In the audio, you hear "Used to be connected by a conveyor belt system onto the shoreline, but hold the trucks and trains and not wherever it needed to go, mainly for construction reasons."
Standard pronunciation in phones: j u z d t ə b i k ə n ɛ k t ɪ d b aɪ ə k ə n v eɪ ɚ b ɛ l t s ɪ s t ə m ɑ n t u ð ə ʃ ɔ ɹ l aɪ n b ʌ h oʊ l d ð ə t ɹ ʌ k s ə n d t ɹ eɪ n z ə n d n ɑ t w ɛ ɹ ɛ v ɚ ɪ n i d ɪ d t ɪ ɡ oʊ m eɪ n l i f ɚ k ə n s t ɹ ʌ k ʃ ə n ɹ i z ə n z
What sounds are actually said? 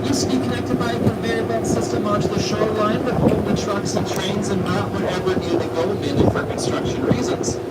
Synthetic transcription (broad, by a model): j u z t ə b i k ə n ɛ k t ɪ d b aɪ ə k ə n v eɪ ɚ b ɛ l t s ɪ s t ə m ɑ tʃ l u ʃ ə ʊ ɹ l aɪ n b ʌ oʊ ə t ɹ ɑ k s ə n t ɹ eɪ n z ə n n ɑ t w ɛ ɹ ɛ v ɚ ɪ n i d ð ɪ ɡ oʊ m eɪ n i f ɚ k ə n s t ɹ ʌ k ʃ ə n ɹ i z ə n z